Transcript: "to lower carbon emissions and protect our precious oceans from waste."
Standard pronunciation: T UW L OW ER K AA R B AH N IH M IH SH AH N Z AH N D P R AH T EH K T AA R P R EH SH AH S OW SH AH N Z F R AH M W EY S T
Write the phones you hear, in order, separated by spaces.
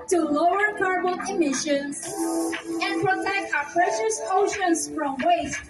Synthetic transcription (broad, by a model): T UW L OW ER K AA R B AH L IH M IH SH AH N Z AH N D P R AH T EH K T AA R P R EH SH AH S OW SH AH N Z F R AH M W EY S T